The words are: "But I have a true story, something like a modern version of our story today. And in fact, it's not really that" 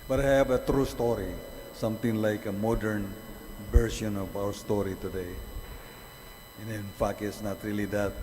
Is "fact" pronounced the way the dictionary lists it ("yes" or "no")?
no